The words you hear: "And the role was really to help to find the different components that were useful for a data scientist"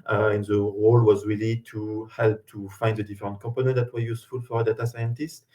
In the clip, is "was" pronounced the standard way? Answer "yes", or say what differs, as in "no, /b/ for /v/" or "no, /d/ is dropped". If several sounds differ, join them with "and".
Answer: yes